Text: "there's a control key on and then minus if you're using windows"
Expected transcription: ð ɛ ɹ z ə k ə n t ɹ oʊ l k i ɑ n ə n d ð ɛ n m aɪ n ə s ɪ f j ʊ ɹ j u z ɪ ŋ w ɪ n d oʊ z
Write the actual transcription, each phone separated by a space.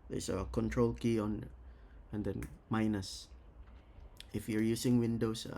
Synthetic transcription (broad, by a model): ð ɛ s ə k ə n t ɹ oʊ l k i ɑ n ə n d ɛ n m aɪ n ə s ɪ f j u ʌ j u s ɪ ŋ w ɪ n d oʊ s